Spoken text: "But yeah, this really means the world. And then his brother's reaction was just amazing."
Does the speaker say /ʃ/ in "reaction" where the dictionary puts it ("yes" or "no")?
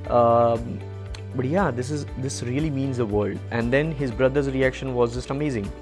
yes